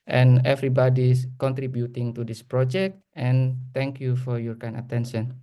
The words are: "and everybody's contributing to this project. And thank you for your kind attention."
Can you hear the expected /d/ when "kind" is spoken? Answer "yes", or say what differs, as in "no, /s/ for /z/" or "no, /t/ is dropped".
no, /d/ is dropped